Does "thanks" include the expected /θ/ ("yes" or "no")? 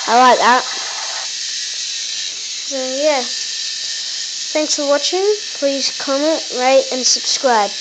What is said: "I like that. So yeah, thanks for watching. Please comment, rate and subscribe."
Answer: yes